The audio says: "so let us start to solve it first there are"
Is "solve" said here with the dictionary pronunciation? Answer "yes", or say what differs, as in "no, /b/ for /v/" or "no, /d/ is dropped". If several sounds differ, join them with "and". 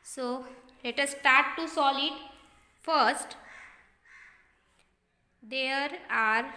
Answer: no, /v/ is dropped